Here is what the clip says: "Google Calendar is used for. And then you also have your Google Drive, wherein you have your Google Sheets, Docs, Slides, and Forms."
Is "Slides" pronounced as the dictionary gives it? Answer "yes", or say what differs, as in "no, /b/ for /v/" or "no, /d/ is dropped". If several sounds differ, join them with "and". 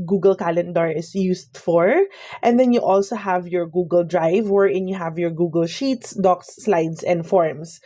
no, /s/ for /z/